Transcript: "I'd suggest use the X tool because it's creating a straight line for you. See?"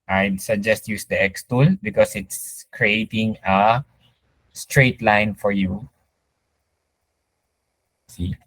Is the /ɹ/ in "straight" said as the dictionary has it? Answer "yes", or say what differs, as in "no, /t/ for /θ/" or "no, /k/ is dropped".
yes